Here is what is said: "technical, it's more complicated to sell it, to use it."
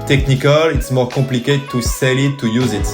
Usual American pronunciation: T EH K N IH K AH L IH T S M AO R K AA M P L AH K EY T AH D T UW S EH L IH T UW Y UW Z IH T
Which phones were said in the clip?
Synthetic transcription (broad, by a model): T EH K N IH K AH L IH T S M AO R K AA P L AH K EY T T UW S EH L IH T UW Y UW Z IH T